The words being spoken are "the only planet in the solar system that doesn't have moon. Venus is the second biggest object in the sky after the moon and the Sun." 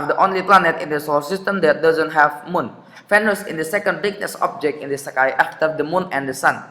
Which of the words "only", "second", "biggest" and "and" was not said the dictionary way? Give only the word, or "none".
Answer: biggest